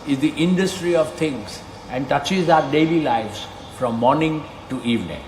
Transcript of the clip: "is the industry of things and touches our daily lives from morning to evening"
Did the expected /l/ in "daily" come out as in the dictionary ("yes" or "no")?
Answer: yes